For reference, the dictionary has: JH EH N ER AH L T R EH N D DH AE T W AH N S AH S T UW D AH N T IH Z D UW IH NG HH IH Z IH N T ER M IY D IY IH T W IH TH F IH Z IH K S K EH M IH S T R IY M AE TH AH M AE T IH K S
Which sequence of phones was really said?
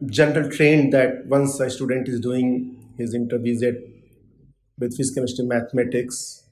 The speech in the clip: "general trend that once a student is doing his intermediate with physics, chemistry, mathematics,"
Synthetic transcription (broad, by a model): JH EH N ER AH L T R EH N D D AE T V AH N S AH S T UW D AH N T IH Z D UW IH NG HH IH Z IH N T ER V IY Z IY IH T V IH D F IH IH S K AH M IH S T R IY M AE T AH M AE T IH K S